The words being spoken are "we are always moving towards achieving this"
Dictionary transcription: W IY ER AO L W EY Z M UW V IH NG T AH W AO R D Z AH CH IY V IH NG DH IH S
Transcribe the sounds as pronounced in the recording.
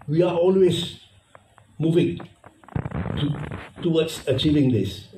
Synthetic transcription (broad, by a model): W IY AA AO L W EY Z M UW V IH NG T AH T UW W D S AH CH IY V IH NG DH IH S